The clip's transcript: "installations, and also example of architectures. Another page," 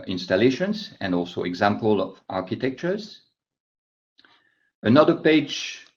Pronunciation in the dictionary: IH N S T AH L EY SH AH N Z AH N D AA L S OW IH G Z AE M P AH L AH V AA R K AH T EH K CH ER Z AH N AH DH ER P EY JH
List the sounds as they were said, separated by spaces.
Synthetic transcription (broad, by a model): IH N S T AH L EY SH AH N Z AH N D AA L S OW IH G Z AE M P AH L AH V AA R K AH T EH K CH ER Z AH N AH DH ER P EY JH